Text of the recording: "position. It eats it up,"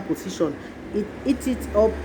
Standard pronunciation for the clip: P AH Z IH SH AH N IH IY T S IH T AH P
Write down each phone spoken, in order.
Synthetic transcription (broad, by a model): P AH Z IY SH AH N IH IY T IH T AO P